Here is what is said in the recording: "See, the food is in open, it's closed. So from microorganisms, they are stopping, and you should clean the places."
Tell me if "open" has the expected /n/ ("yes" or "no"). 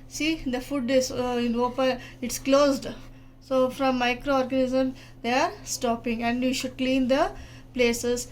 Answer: no